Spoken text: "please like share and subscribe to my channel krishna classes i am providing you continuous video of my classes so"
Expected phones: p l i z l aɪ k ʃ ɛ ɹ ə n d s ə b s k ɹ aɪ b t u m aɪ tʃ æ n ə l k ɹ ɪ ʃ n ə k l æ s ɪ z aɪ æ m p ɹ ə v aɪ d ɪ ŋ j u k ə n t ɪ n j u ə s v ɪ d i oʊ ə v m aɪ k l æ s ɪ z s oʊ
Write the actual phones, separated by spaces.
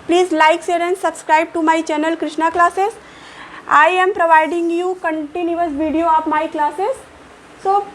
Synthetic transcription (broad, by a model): p l i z l aɪ k s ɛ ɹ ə n s ə b s k ɹ aɪ b t u m aɪ tʃ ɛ n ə l k ɹ ɪ ʃ n ə k l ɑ s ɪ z aɪ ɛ m p ɹ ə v aɪ d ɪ ŋ j u k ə n t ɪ n j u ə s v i d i oʊ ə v m aɪ k l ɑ s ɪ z s oʊ